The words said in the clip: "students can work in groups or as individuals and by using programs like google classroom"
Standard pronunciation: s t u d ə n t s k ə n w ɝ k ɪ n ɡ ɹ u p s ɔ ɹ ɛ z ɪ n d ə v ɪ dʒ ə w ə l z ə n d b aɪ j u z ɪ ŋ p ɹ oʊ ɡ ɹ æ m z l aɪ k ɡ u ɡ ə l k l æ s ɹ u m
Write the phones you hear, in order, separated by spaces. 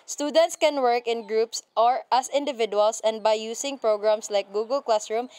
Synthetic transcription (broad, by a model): s t u d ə n t s k ə n w ɝ k ɪ n ɡ ɹ u p s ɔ ɹ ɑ s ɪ n d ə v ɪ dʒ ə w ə l s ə n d b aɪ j u s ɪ ŋ p ɹ oʊ ɡ ɹ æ m s l aɪ k ɡ u ɡ ə l k l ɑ s ɹ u m